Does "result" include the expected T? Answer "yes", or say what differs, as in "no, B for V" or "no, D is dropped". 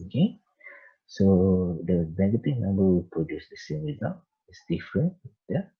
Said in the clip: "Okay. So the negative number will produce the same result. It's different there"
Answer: no, T is dropped